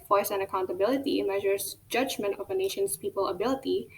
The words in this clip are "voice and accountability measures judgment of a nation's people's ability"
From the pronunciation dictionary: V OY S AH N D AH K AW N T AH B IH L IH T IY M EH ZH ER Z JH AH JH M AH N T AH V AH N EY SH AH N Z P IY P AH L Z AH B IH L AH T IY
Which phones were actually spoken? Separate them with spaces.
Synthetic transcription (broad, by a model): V OY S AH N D AH K AW N T AH B IH L IH T IY M EH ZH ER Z JH AH JH M AH N T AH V AH N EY SH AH N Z P IY P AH L AH B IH L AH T IY